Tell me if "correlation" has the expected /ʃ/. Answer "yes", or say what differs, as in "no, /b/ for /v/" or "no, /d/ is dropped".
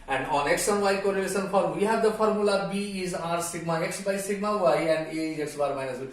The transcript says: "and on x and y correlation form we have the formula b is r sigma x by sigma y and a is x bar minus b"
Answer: no, /s/ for /ʃ/